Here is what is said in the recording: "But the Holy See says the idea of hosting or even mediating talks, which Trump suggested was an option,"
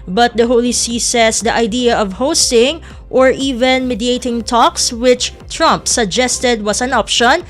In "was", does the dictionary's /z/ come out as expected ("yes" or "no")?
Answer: no